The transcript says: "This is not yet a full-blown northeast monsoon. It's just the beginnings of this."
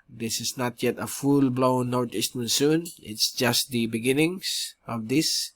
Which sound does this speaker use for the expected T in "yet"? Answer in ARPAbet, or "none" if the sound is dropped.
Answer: T